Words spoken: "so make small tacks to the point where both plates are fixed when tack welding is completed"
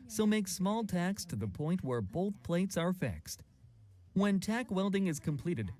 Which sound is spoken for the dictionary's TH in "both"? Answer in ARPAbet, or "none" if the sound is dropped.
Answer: TH